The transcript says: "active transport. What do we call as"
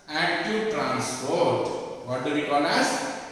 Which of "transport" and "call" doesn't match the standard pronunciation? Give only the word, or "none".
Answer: call